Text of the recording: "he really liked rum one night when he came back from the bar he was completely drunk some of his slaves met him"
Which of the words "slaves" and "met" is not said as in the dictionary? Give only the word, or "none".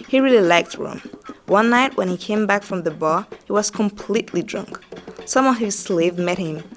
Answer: slaves